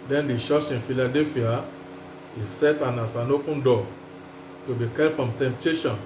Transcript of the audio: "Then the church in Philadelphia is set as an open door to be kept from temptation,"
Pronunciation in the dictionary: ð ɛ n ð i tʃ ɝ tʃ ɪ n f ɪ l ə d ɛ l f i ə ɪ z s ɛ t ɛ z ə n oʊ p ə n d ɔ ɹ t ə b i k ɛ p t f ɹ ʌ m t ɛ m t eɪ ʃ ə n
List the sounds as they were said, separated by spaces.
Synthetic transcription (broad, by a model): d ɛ n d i ʃ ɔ s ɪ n f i l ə d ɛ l f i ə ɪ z s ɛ t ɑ s ə n oʊ p ə n d ɔ t ə b i k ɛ t f ɹ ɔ m t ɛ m t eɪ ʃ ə n